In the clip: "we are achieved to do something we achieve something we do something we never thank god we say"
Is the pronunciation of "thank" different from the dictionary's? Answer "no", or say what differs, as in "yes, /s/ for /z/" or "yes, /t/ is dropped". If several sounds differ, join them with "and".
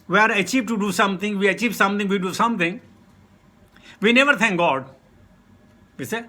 yes, /t/ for /θ/